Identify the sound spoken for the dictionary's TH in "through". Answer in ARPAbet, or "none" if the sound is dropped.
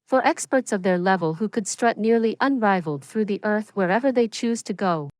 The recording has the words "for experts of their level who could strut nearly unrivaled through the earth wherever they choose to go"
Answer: TH